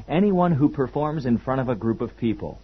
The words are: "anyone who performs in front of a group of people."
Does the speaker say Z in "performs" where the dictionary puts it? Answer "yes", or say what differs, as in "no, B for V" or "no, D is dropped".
yes